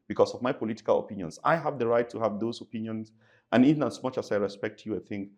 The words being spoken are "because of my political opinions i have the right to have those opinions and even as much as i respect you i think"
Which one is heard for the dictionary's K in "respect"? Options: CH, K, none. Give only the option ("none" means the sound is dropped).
K